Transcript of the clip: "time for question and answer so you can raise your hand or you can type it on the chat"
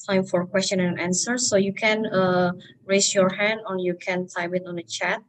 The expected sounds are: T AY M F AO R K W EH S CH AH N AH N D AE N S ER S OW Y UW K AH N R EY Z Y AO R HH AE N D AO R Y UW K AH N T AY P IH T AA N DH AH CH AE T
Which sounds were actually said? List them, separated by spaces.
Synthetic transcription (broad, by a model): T AY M F AO R K W EH S CH AH N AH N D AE N S ER S OW Y UW K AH N R EY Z Y AO R HH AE N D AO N Y UW K AH N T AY B IH T AA N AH CH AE T